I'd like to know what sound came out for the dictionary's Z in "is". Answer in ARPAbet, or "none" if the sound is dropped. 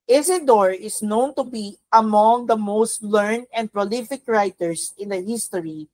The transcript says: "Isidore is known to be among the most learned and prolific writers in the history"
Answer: S